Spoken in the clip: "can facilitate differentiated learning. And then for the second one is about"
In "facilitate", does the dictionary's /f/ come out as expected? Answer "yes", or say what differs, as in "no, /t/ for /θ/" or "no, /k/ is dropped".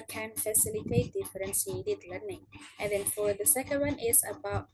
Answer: yes